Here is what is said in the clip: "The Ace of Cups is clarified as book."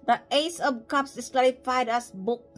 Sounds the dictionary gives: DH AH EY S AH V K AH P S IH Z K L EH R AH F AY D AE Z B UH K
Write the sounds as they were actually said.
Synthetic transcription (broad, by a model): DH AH EY S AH B K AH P S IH S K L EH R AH F AY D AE S B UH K